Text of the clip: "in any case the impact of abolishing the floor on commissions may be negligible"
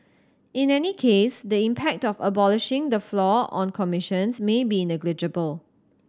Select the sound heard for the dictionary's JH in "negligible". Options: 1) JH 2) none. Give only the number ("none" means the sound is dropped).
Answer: 1